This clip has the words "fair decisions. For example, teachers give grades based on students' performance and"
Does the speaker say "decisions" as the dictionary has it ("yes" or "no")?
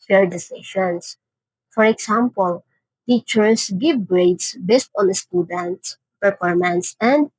no